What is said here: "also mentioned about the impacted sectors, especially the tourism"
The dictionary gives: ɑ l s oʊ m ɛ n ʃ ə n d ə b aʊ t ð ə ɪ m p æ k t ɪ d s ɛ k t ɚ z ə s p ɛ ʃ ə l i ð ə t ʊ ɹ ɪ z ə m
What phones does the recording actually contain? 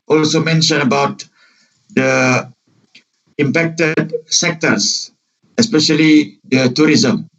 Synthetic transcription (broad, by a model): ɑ l s oʊ m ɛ n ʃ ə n ə b aʊ t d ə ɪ m p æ k t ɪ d s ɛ k t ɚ s ə s p ɛ ʃ ə l i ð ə t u ɹ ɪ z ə m